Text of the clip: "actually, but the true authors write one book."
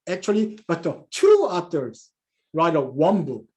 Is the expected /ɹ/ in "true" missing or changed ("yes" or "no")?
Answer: yes